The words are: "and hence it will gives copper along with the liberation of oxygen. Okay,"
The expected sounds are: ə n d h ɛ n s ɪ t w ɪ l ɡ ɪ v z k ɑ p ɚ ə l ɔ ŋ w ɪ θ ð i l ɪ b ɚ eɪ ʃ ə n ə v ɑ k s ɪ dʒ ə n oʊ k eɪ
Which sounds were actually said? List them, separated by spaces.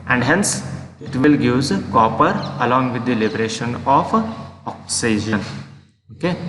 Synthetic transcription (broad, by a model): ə n d h ɛ n s ɪ t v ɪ l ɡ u z k ɑ p ɚ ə l ɔ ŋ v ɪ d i l ɪ b ɚ eɪ ʃ ə n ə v ɑ k s ɪ dʒ ə n oʊ k eɪ